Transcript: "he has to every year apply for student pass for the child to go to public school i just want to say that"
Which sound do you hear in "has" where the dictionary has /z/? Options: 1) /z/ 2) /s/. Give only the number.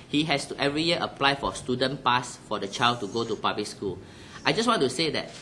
2